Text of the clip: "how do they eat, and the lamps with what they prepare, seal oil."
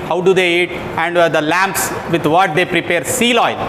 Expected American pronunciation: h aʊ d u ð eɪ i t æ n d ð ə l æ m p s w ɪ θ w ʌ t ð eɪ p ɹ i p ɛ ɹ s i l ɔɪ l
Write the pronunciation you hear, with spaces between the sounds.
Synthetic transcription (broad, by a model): h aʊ d u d eɪ i t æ n d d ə l æ m p s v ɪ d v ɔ t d eɪ p ɹ i p ɛ ɹ s i l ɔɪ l